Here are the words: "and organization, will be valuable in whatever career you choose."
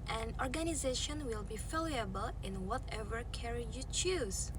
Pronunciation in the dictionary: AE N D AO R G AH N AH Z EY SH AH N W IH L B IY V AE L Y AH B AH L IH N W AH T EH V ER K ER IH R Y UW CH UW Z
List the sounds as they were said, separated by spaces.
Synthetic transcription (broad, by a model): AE N AO R G AH N AH Z EY SH AH N W IH L B IY F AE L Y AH B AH L IH N W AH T EH V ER K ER R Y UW CH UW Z